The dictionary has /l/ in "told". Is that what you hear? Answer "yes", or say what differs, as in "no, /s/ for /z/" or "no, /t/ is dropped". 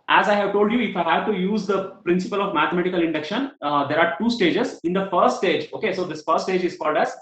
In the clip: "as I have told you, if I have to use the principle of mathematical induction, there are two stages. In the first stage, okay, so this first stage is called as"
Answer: yes